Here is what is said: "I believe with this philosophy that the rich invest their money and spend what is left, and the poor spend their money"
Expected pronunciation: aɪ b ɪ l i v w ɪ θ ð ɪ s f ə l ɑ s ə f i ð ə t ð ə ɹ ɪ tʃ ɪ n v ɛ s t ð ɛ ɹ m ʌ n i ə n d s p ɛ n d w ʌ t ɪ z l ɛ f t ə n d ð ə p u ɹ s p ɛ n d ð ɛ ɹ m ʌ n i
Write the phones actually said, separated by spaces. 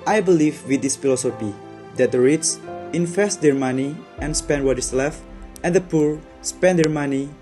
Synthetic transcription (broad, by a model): aɪ b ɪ l i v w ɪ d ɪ s f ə l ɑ s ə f i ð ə t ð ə ɹ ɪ s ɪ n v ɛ s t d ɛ ɹ m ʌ n i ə n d s p ɛ n d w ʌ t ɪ s l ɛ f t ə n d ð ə p u ɹ s p ɛ n d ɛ ɹ m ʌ n i